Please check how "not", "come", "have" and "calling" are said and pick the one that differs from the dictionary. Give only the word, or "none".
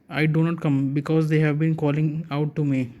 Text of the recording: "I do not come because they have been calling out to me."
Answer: none